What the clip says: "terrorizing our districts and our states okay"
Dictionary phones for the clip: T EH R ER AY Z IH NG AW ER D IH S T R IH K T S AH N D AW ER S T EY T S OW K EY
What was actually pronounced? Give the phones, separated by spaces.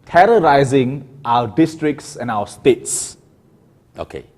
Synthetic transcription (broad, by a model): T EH R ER AY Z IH NG AW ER D IH S T R IH K T S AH N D AW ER S T EY T S OW K EY